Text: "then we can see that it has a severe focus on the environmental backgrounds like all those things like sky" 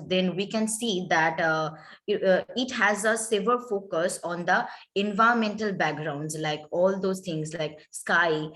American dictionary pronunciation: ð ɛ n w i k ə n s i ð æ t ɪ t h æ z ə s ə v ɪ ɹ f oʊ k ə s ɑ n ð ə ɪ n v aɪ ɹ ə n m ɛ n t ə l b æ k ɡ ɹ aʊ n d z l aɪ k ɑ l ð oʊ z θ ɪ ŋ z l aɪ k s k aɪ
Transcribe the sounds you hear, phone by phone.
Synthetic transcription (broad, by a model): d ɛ n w i k ə n s i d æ t ɪ t h æ z ə s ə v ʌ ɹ f oʊ k ə s ɑ n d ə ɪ n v aɪ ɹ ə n m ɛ n t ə l b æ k ɡ ɹ aʊ n d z l aɪ k ɑ l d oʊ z t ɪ ŋ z l aɪ k s k aɪ